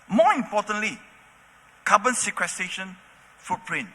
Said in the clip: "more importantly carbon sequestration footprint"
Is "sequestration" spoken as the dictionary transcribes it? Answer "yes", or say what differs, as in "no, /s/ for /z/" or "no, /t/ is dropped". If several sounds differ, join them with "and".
no, /ɹ/ is dropped